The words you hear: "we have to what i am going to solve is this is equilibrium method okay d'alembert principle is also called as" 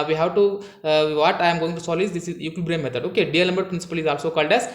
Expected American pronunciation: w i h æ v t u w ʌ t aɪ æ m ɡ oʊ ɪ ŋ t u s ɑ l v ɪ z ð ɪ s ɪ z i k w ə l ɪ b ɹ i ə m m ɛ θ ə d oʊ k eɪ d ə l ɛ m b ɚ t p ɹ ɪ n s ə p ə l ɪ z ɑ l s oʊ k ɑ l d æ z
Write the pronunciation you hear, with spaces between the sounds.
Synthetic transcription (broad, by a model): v i h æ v t u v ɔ t aɪ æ m ɡ oʊ ɪ ŋ t u s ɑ l ɪ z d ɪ s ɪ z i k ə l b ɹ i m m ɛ t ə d oʊ k eɪ d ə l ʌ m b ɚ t p ɹ ɪ n s ə p ə l ɪ z ɑ l s oʊ k ɑ l d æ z